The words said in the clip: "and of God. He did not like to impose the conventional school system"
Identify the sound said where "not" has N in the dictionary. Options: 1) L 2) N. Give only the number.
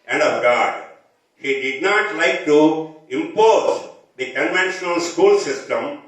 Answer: 2